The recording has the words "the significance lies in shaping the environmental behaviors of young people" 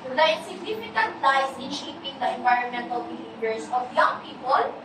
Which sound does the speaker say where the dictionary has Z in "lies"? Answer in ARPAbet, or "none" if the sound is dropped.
S